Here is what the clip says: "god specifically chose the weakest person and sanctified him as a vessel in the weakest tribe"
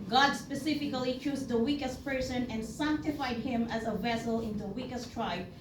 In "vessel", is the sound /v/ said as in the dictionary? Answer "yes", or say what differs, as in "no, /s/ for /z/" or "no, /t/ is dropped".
yes